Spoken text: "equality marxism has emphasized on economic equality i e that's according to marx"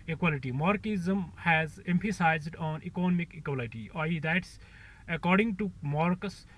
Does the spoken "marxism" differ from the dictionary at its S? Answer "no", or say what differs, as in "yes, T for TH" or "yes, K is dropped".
yes, S is dropped